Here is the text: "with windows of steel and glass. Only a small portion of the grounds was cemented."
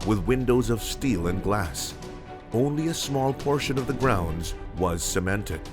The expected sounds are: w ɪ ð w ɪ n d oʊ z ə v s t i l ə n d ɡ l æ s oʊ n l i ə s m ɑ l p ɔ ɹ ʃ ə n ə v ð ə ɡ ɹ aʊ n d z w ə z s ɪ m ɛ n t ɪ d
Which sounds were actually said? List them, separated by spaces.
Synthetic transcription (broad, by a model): w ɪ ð w ɪ n d oʊ z ə v s t i l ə n ɡ l æ s oʊ n l i ə s m ɑ l p ɔ ɹ ʃ ə n ə v ð ə ɡ ɹ aʊ n d z w ə z s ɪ m ɛ n t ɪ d